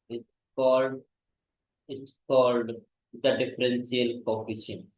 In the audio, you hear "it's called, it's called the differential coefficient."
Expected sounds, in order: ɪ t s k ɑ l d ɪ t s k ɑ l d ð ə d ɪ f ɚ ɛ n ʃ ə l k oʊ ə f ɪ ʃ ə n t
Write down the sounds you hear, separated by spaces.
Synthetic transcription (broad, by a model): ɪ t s k ɑ l d ɪ t s k ɑ l d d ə d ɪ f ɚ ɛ n s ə l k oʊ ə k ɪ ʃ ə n